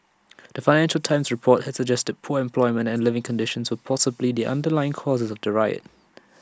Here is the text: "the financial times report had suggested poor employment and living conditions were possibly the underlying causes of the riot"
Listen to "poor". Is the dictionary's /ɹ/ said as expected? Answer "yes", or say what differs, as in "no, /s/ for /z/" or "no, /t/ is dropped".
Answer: yes